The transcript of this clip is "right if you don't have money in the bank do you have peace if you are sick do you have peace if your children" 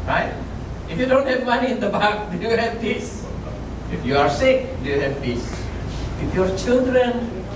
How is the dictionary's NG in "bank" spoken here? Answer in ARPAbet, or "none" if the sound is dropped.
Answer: none